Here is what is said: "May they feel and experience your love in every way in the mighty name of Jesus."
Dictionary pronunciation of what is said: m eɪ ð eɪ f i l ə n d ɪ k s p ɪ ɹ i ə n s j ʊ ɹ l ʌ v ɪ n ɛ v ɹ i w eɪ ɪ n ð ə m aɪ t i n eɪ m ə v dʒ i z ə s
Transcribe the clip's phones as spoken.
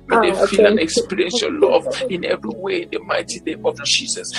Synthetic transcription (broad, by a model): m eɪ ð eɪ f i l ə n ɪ k s p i ɹ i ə n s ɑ l l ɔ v ɪ n ɛ v ɹ i w eɪ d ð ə m aɪ t i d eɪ ə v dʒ i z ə s